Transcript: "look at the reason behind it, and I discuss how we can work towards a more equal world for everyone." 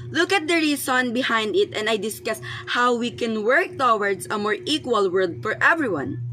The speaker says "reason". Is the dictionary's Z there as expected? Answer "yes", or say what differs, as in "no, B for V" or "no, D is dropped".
no, S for Z